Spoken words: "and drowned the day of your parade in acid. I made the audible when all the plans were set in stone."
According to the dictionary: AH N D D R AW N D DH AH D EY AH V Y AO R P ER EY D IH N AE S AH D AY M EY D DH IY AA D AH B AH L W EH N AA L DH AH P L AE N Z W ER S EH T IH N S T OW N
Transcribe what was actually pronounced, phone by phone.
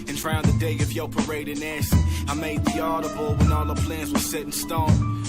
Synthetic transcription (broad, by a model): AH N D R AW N DH AH D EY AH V Y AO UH P ER EY D IH N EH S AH AY M EY D DH IY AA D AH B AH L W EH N AA L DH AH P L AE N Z W ER S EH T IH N S T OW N